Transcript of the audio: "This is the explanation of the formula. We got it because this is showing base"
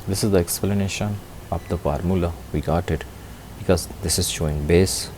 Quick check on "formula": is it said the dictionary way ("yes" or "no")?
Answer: yes